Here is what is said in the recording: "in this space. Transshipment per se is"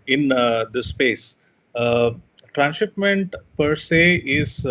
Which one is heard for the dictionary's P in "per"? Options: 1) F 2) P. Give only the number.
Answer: 2